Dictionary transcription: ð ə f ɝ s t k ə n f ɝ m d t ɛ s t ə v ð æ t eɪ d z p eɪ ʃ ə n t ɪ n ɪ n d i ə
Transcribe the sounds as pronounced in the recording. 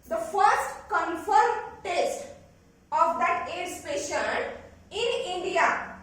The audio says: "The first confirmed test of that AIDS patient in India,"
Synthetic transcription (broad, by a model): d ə f ɝ s t k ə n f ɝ m t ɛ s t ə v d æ t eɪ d s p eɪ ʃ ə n ɪ n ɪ n d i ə